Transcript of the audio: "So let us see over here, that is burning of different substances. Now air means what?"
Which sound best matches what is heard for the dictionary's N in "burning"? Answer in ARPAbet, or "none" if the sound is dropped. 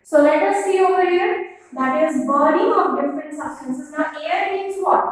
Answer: none